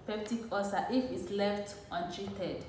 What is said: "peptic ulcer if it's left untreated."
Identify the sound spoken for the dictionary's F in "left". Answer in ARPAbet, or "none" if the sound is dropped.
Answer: F